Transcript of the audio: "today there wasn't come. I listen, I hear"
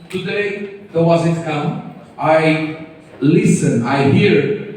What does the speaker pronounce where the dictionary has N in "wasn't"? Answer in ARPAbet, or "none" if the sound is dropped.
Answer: none